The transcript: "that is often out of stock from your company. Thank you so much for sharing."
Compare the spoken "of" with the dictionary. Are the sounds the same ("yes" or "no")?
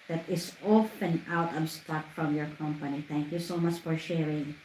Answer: no